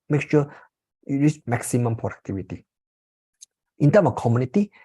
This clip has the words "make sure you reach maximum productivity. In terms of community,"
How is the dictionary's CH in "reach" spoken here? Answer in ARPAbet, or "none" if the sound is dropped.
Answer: S